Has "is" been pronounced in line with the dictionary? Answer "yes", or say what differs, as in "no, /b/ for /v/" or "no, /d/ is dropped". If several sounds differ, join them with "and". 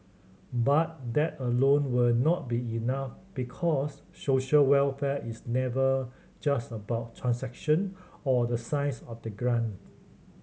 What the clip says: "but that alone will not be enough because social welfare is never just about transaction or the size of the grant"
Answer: no, /s/ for /z/